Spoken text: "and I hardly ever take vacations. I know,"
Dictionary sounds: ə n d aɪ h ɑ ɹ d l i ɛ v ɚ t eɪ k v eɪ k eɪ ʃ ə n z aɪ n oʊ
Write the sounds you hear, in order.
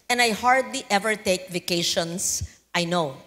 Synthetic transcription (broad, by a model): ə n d aɪ h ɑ ɹ d l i ɛ v ɚ t eɪ k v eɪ k eɪ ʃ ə n s aɪ n oʊ